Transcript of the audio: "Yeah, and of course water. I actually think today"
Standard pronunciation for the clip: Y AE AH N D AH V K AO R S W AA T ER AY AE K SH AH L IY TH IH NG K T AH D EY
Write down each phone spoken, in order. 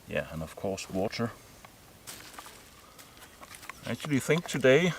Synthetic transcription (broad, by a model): Y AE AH N AH V K AO R S W AA T ER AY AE K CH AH L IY TH IH NG K T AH D EY